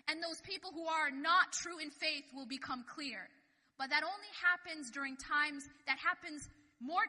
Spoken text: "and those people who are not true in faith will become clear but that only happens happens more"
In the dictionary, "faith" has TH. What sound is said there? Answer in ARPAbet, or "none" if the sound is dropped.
TH